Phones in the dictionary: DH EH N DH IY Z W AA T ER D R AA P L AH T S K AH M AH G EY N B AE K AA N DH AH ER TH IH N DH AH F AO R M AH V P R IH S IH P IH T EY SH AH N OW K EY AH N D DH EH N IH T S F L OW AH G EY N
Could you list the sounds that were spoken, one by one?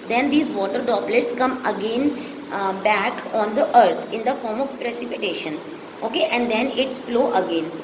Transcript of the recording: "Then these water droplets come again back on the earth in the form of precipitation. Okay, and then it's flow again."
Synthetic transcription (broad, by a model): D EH N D IY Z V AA T ER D AA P L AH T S K AH M AH G EY N B AE K AA N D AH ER T IH N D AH F AO R M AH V P R IH S IH P IH T EY SH AH N OW K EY AH N D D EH N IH T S F L OW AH G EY N